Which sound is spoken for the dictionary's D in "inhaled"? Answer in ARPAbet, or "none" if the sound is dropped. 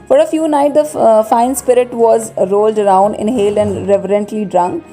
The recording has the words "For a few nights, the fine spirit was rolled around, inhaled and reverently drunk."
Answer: none